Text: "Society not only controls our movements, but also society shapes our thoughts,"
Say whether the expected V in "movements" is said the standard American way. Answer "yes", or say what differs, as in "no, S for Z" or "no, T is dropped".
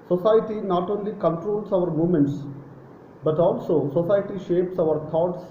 no, V is dropped